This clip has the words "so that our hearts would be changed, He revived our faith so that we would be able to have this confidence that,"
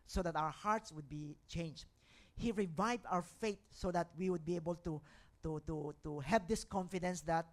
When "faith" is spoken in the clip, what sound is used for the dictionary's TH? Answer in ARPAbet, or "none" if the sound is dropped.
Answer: T